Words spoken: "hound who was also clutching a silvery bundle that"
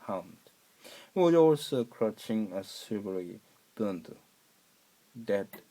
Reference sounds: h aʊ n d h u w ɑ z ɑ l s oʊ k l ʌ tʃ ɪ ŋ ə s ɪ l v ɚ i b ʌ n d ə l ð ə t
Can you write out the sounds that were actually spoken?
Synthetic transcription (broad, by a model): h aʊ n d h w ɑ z ɑ l s oʊ k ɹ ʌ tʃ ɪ ŋ ə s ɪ v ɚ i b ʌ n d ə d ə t